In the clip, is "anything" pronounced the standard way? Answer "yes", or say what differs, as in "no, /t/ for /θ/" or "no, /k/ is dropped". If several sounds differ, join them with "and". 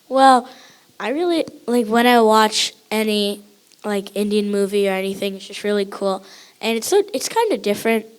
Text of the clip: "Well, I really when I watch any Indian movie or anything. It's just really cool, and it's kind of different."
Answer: yes